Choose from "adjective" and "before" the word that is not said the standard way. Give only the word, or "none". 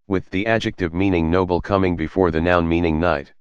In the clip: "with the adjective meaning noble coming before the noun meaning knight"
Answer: none